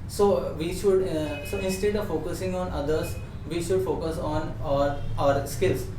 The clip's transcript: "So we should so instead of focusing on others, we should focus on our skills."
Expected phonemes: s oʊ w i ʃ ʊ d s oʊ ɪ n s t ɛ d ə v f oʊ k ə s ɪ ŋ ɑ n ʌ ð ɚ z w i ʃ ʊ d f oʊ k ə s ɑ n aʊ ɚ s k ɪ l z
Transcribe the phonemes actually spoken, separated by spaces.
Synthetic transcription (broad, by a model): s oʊ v i ʃ ʊ d s oʊ ɪ n s t ɛ d ə v f oʊ k ə s ɪ ŋ ɑ n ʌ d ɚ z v i ʃ ʊ d f oʊ k ə s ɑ n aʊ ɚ s k ɪ l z